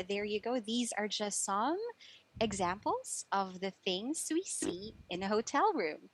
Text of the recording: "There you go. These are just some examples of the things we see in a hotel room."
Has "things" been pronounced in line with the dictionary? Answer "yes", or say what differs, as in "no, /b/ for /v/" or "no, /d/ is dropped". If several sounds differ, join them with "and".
yes